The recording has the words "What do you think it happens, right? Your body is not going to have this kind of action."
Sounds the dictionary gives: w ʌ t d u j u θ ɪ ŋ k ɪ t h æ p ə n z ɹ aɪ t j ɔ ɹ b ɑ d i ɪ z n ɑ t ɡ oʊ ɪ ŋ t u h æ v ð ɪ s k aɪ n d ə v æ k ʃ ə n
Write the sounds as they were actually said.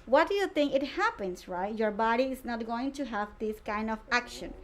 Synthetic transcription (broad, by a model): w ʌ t d u j u t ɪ ŋ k ɪ t h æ p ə n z ɹ aɪ t j ɔ ɹ b ɑ d i ɪ z n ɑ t ɡ oʊ ɪ ŋ t u h æ v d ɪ s k aɪ n d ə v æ k ʃ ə n